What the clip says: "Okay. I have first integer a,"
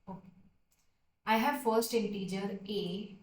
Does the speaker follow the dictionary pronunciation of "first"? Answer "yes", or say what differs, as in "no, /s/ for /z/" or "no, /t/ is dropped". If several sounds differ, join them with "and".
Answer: yes